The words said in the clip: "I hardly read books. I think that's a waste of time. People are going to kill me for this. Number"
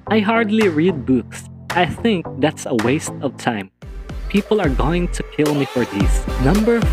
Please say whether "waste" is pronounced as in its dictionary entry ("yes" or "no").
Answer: yes